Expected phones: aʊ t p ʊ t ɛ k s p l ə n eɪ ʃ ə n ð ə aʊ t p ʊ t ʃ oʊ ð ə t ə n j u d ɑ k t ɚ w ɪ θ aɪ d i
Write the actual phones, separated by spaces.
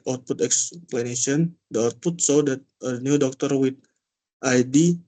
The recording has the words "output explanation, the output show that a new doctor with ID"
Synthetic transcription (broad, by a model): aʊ t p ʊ t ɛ k s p l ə n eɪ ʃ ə n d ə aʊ t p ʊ t s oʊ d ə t ə n j u d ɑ k t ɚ w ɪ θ aɪ d i